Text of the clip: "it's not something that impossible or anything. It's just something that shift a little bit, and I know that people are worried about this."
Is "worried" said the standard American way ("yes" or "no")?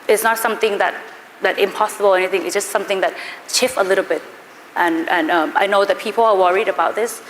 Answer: yes